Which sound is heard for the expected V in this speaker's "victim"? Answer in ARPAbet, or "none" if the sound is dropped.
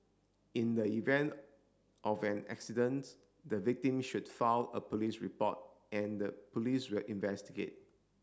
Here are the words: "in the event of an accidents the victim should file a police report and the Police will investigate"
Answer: V